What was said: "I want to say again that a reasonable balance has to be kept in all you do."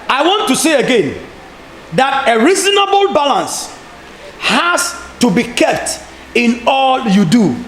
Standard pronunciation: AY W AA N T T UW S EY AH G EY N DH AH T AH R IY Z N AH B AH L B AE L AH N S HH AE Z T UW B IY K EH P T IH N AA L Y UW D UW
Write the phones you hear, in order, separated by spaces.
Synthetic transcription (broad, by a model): AY W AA N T T UW S EY AH G EY N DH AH T AH R IY Z N AH B AH L B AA L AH N S HH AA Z T UW B IY K EH P T IH N AA L Y UW D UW